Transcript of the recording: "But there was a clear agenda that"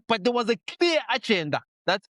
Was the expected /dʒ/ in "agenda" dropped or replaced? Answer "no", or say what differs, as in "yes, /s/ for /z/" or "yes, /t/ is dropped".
yes, /tʃ/ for /dʒ/